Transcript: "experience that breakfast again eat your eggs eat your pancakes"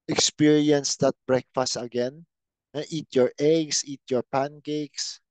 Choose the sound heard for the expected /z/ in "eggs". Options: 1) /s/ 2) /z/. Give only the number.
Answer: 1